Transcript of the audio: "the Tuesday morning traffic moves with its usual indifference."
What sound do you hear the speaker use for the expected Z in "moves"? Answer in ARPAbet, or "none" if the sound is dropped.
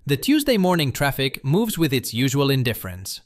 Z